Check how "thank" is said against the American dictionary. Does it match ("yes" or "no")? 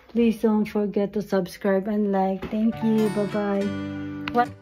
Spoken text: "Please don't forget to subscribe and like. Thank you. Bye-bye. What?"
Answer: no